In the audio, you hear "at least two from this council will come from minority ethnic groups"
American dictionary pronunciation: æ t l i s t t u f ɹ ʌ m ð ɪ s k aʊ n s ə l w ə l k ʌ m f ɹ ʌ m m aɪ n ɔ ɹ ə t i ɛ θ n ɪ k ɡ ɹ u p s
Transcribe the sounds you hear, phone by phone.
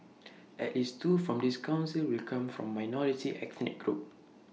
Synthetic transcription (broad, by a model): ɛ t l i s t t u f ɹ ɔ m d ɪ s k aʊ n s ə l w ə l k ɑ m f ɹ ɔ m m aɪ n ɔ ɹ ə t i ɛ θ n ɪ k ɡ ɹ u p